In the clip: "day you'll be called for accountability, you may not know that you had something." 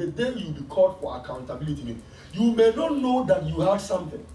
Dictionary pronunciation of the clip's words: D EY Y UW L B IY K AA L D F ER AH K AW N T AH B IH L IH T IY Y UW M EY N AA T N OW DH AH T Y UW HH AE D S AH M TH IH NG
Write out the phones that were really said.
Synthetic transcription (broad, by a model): D EY Y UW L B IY K AA D F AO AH K AW N T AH B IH L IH T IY Y UW M EY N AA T N OW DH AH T Y UW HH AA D S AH M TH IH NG